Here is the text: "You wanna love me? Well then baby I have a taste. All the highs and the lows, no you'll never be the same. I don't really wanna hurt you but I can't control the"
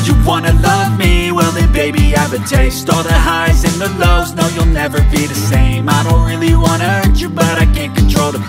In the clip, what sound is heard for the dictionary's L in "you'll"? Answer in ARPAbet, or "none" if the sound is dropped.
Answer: L